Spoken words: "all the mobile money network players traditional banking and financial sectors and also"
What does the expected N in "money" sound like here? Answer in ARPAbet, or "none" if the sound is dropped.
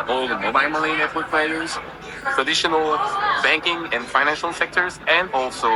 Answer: L